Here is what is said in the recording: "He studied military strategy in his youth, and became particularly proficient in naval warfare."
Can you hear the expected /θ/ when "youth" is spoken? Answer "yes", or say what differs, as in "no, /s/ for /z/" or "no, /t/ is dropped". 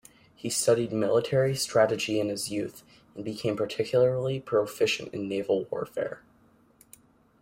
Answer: yes